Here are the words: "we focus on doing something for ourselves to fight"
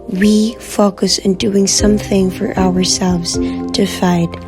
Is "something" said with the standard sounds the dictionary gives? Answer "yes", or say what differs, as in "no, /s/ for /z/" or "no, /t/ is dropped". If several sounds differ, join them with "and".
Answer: yes